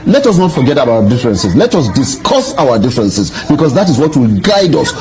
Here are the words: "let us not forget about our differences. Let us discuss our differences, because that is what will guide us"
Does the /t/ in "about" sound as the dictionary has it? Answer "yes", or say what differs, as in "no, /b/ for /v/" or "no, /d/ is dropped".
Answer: no, /t/ is dropped